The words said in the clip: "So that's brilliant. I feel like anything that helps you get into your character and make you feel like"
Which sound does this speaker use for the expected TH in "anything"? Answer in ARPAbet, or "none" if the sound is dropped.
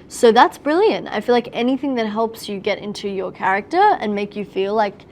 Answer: TH